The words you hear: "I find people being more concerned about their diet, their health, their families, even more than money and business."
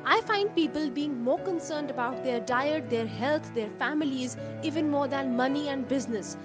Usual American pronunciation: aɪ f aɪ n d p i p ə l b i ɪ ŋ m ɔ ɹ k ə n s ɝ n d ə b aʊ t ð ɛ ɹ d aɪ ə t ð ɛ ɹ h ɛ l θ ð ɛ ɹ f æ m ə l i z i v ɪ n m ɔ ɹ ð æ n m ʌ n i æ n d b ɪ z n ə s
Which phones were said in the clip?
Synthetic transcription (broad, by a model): aɪ f aɪ n d p i p ə l b i ɪ ŋ m ɔ ɹ k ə n s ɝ n d ə b aʊ t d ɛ ɹ d aɪ ə t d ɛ ɹ h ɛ l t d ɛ ɹ f æ m ə l i z i v ɪ n m ɔ ɹ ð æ n m ʌ n i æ n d b ɪ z n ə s